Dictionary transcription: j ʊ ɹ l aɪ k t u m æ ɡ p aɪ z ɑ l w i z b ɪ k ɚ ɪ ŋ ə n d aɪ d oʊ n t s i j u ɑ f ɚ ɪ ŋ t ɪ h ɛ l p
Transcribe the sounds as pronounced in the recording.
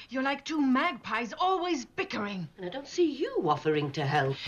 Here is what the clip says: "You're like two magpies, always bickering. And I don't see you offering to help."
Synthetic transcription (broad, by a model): j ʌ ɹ l aɪ k t u m æ ɡ p aɪ z ɑ l w i z b ɪ k ɚ ɪ ŋ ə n aɪ d oʊ n t s i j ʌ ɑ f ɚ ɪ ŋ t ɪ h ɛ l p